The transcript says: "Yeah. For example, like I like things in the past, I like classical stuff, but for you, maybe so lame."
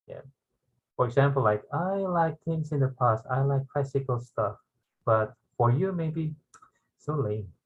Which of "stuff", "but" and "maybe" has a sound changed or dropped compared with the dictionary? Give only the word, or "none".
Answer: none